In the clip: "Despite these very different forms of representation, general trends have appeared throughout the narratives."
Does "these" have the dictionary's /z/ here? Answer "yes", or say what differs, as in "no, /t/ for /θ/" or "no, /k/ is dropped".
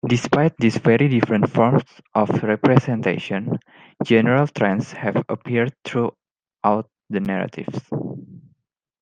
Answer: no, /s/ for /z/